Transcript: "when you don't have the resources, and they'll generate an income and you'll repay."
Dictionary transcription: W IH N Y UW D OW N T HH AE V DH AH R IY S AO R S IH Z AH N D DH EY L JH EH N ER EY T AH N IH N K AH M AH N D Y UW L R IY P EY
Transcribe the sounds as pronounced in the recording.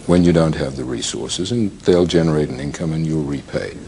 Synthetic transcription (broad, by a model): W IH N Y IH D OW N T HH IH V DH AH R IY S AO R S IH Z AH N DH EY L JH EH N ER EY T N IH N K AH M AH N Y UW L R IY P EY